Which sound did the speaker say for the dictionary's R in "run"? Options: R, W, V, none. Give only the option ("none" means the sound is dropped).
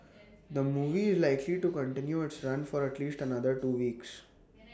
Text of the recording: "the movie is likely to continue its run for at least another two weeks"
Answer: R